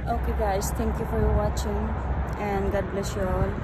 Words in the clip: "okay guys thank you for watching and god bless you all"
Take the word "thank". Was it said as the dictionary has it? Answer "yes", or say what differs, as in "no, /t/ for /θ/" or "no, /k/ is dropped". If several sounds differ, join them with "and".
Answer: no, /t/ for /θ/